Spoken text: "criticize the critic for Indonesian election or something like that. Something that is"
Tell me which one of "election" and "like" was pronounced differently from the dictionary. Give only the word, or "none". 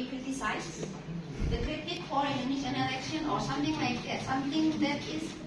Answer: election